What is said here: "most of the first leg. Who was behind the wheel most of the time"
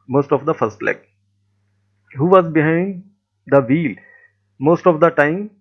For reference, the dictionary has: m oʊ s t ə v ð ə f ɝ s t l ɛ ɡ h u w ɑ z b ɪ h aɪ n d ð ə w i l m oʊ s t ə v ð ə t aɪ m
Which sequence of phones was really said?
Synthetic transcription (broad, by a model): m oʊ s t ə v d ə f ɝ s t l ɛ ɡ h u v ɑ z b ɪ h aɪ n d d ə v i l m oʊ s t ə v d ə t aɪ m